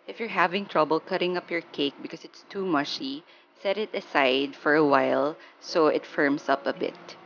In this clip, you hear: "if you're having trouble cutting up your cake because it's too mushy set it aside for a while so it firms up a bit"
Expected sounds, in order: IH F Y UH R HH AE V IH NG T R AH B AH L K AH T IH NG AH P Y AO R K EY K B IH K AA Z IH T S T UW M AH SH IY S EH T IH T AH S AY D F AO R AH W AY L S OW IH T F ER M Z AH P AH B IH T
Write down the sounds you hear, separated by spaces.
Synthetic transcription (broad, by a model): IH F Y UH R HH AE V IH NG T R AH B AH L K AH T IH NG AH P Y AO R K EY K B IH K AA S IH T S T UW M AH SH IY S EH T IH T AH S AY D F AO R AH W AY L S OW IH T F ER M S AH P AH B IH T